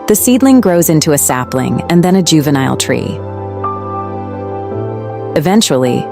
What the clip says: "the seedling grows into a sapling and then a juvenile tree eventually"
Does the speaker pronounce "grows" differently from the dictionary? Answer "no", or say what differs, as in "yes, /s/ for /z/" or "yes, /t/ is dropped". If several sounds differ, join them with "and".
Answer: no